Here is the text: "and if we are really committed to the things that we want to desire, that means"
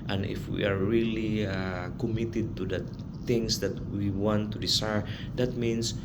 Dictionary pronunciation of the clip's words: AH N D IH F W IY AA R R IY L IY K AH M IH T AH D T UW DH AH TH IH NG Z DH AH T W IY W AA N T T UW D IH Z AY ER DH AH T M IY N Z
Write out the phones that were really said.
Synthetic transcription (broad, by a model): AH N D IH F W IY AA R R IY L IY K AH M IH T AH D T UW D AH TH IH NG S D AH T W IY W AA N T T UW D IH S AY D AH T M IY N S